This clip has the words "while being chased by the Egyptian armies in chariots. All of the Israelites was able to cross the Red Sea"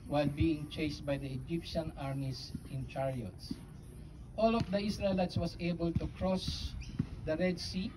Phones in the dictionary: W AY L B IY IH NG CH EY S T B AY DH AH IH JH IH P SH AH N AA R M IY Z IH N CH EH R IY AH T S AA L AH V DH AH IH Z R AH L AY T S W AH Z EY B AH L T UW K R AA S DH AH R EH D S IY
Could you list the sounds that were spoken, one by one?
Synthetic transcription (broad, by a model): W AY L B IY IH NG CH EY S T B AY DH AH IH JH IH P SH AH N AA R M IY S IH N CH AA R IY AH T S AA L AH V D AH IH S R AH L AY T S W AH S EY B AH L T UW K R AA S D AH R EH D S IY